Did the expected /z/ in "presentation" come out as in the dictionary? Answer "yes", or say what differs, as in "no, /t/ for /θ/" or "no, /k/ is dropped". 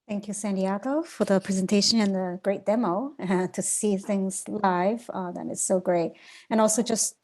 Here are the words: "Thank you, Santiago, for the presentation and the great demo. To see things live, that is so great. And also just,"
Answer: yes